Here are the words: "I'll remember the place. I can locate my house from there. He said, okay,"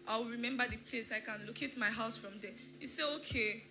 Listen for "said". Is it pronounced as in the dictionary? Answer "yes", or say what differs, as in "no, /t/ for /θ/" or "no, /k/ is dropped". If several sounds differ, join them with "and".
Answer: no, /d/ is dropped